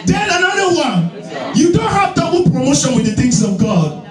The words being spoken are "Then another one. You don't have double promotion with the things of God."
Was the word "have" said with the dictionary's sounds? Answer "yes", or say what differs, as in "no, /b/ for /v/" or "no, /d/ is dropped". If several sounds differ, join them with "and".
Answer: yes